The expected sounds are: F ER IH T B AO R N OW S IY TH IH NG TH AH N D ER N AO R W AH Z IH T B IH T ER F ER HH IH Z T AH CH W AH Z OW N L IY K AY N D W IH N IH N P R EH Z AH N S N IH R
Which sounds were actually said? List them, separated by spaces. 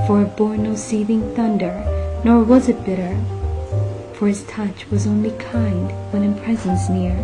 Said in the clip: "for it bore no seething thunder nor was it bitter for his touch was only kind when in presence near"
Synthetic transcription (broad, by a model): F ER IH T B AO R N OW S IY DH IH NG TH AH N D ER N AO R W AH Z IH T B IH T ER F ER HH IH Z T AH CH W AH Z OW N L IY K AY N D W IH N IH N P R EH Z AH N S N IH R